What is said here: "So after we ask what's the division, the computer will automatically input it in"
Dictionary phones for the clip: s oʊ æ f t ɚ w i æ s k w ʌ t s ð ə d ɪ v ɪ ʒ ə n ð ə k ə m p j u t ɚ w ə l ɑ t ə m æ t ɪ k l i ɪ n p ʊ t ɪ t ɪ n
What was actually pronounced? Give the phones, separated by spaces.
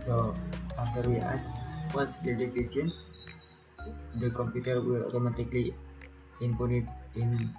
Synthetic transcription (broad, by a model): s oʊ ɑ f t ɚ w i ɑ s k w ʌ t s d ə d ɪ f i s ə n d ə k ə m p j u t ɚ w ə l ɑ t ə m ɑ t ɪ k l i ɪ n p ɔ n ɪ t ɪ n